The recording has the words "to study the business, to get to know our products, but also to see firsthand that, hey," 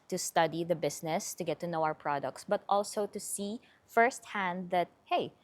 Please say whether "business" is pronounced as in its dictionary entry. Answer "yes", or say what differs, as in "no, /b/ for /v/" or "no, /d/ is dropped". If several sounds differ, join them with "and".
no, /s/ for /z/